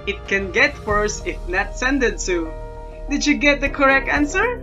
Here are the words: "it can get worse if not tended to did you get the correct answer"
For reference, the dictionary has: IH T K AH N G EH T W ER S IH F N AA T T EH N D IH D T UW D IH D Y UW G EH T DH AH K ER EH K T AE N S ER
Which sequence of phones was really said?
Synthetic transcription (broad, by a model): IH T K AH N G EH T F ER S IH F N AA T S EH N D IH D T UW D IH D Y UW G EH T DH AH K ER EH K T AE N S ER